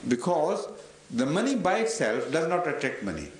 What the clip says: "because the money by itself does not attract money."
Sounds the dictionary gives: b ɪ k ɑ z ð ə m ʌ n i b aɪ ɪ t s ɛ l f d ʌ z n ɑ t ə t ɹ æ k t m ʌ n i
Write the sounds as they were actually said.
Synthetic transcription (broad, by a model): b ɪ k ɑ z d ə m ʌ n i b aɪ ɪ t s ɛ l f d ʌ z n ɑ t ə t ɛ k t m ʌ n i